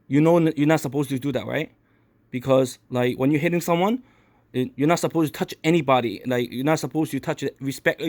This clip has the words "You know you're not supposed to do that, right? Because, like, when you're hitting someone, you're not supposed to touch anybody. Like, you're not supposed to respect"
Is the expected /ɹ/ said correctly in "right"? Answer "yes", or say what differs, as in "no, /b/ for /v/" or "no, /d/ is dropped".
yes